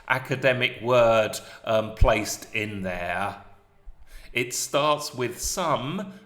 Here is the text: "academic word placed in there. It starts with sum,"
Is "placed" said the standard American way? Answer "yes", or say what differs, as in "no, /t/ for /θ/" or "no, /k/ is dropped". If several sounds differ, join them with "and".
yes